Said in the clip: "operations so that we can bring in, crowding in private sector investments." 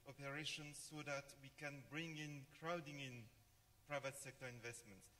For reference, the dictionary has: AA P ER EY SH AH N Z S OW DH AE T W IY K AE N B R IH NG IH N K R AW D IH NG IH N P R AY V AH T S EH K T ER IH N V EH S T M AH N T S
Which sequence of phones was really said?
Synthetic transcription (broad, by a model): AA P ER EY SH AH N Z S OW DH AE T W IY K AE N B R IH NG IH N K R AW D IH NG IH N P R AY V AH T S EH K T ER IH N V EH S T M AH N T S